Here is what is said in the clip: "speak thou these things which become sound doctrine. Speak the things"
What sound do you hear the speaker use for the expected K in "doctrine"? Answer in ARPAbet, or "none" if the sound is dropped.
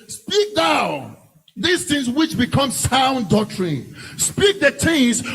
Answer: none